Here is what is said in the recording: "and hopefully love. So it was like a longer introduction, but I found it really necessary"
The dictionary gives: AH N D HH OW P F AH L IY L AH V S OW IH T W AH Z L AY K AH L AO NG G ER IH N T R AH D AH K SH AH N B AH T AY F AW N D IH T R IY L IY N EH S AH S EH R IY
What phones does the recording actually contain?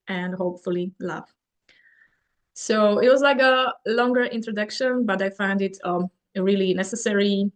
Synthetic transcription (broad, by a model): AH N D HH OW P F AH L IY L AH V S OW IH T W AH Z L AY K AH L AO NG G ER IH N T R AH D AH K SH AH N B AH T AY F AW N D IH T R IY L IY N EH S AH S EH R IY